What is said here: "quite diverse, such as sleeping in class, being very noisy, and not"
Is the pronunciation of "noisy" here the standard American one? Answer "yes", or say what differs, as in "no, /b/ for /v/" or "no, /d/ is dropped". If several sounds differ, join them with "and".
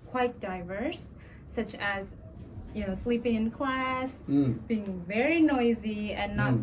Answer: yes